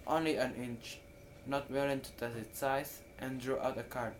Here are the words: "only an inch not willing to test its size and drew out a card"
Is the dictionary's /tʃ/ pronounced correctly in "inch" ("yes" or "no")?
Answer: yes